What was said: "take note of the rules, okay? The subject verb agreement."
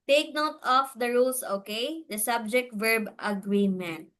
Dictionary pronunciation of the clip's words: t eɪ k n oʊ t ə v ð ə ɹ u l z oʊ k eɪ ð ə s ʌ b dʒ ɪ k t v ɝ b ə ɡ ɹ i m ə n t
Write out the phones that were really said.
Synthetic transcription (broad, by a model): t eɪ k n oʊ t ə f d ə ɹ u l s oʊ k eɪ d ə s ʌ b dʒ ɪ k t v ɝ b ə ɡ ɹ i m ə n t